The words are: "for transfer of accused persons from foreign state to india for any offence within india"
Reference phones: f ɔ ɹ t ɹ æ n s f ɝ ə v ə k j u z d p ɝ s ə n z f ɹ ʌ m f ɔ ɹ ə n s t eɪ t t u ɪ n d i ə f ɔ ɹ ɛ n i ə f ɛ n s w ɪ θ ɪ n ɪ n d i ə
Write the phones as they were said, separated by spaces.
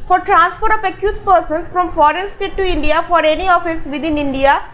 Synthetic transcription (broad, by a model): f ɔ ɹ t ɹ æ n s p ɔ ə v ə k j u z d p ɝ s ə n s f ɹ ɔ m f ɔ ɹ ə n s t eɪ t t u ɪ n d i ə f ɔ ɹ ɛ n i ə f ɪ s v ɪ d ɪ n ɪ n d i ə